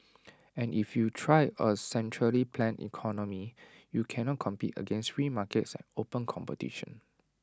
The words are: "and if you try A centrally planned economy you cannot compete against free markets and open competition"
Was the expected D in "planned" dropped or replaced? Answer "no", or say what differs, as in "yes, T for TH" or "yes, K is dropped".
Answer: yes, D is dropped